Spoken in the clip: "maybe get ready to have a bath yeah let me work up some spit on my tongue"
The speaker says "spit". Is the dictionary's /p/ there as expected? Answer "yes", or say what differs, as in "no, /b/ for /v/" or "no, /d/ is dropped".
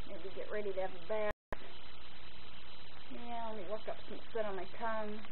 no, /p/ is dropped